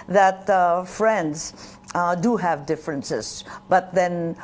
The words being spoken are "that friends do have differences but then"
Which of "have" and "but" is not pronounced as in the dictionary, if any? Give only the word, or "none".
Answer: none